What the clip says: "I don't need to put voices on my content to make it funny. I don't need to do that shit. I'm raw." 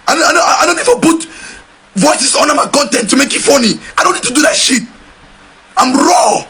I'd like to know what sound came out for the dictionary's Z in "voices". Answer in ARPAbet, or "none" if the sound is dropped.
S